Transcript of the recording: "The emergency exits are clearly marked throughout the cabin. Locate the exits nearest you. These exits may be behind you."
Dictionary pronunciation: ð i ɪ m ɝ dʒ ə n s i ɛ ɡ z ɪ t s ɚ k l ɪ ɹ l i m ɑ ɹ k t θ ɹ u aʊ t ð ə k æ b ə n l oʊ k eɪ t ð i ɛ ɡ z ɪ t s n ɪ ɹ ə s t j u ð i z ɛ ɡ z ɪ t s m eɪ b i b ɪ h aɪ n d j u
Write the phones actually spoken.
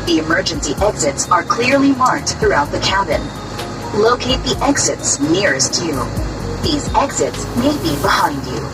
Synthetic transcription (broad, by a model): ð i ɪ m ɝ dʒ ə n s i ɛ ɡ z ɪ t s ɚ k l ɪ ɹ l i m ɑ ɹ k t θ ɹ u aʊ t ð ə k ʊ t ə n l oʊ k eɪ t ð i ɛ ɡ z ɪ t s n ɪ ɹ ə s t j u ð i z ɛ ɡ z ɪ t s m eɪ b i b ɪ h aɪ n d j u